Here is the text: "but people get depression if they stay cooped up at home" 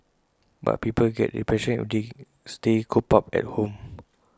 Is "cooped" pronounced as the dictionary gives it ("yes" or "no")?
no